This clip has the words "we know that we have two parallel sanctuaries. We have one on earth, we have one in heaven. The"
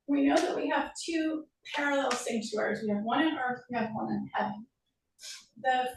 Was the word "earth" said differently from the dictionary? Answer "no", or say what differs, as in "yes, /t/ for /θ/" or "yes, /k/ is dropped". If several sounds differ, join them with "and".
no